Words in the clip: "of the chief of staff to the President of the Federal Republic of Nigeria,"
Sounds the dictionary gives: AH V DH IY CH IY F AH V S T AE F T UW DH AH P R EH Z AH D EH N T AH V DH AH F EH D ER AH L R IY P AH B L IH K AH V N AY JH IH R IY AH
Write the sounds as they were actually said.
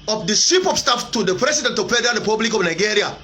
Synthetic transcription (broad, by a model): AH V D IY S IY P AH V S T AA F T UW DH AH P R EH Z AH D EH N T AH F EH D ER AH R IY P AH B L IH K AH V N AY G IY R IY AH